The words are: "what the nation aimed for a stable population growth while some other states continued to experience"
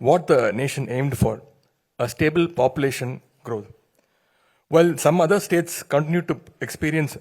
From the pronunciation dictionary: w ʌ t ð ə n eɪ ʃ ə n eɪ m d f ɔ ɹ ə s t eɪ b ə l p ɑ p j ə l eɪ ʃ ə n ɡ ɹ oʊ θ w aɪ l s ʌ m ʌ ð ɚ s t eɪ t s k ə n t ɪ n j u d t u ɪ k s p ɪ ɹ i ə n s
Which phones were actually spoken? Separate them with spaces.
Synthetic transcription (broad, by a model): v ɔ t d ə n eɪ ʃ ə n eɪ m d f ɔ ɹ ə s t eɪ b ə l p ɑ p j ə l eɪ ʃ ə n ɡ ɹ oʊ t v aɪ l s ʌ m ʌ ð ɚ s t eɪ t s k ə n t ɪ n j u d t u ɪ k s p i ɹ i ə n s